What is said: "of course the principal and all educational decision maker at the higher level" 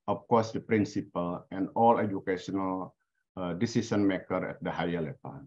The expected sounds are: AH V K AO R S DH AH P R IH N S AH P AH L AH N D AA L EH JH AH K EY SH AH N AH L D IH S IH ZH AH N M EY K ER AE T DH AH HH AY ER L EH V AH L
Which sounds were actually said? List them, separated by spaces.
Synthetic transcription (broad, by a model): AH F K AO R S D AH P R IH N S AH P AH L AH N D AA L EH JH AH K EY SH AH N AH L D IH S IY S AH N M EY K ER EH T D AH HH AY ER L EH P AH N